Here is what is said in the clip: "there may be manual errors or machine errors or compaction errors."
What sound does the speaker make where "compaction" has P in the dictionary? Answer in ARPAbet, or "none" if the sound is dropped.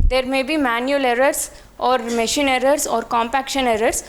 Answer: P